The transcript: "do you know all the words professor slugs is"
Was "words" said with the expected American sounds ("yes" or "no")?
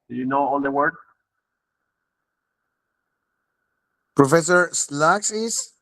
no